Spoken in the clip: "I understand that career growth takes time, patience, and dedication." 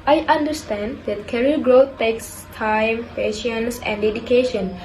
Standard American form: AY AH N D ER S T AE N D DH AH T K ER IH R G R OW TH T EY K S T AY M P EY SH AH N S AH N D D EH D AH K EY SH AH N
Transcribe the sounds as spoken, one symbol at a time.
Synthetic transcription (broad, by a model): AY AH N D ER S T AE N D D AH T K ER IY L G R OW T T EY K S T AY M P EY SH AH N S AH N D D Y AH K EY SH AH N